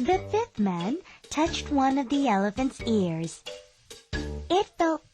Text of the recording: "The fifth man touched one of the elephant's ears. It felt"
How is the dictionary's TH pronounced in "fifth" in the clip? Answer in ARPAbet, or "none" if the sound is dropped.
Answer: TH